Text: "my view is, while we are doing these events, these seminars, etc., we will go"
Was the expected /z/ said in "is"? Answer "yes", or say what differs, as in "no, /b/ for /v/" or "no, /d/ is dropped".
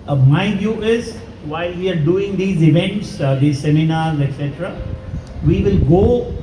yes